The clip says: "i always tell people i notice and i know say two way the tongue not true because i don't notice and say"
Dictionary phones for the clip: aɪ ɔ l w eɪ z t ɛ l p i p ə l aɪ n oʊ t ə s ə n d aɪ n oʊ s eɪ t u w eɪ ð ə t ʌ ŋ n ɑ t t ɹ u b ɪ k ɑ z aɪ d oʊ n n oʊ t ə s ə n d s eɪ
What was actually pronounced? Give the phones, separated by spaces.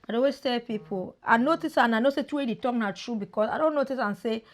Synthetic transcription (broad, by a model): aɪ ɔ w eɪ s t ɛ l p i p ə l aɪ n oʊ t ə s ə n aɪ n oʊ s eɪ t u w eɪ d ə t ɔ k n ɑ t t ɹ u b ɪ k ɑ s aɪ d oʊ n n oʊ t ə s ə n s eɪ